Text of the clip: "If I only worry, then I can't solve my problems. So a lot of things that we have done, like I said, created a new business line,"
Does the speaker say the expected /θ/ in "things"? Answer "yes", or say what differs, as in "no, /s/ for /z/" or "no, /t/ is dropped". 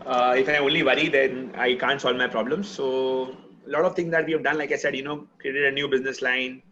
no, /t/ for /θ/